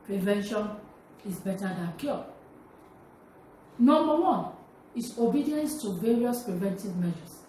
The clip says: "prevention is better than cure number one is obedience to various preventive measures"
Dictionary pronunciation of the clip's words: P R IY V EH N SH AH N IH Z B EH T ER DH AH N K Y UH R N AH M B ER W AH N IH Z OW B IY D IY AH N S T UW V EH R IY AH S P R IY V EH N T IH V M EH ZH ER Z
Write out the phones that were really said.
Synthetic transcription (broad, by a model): P R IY V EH N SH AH N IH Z B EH T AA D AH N K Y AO N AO M B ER W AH N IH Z OW B IY D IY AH N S T UW V EH R IY AH S P R IY V EH N T IH V M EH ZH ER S